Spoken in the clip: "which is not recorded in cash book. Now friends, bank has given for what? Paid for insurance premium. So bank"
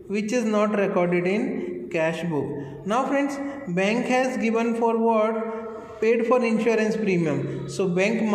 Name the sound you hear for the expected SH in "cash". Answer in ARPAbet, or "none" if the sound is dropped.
SH